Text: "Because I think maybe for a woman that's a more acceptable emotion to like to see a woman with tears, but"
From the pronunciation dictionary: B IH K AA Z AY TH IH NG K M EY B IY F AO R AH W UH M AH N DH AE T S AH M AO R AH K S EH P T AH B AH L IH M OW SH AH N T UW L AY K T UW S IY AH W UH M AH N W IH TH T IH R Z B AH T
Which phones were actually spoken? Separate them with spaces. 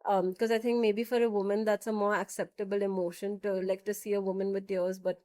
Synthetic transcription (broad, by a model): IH K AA Z AY T IH NG K M EY B IY F AO R AH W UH M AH N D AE T S AH M AO R AH K S EH P T AH B AH L IH M OW SH AH N T UW L AY K T UW S IY AH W UH M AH N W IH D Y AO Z B AH T